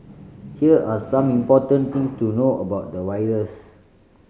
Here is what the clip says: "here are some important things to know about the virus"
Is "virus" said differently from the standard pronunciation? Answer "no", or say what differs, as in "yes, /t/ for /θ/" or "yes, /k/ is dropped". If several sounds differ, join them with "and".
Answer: yes, /w/ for /v/